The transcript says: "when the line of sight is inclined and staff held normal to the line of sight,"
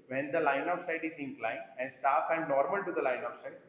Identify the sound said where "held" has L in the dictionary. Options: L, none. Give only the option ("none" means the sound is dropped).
none